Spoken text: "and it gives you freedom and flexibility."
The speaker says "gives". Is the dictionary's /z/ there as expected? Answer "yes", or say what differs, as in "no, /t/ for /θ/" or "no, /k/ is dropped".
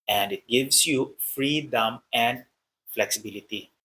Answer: no, /s/ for /z/